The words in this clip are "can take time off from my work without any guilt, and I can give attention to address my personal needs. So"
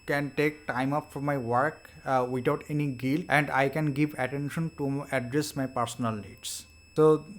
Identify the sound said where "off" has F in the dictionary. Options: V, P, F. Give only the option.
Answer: P